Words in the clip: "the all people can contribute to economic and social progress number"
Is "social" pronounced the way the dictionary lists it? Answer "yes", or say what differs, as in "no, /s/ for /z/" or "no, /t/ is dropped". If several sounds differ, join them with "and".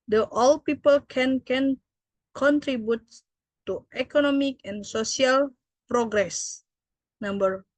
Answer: no, /s/ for /ʃ/